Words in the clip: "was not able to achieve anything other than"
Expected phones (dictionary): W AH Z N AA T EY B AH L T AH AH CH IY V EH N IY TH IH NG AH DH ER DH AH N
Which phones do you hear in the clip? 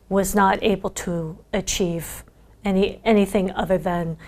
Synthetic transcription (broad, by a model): W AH Z N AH T EY B L T AH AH CH IY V EH N IY TH IH NG AH DH ER DH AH N